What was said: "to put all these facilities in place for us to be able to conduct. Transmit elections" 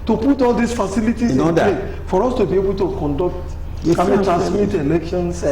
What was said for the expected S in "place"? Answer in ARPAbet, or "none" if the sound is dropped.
none